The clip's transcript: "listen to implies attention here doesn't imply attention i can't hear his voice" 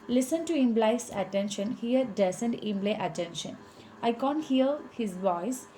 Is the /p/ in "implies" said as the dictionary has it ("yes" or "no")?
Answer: no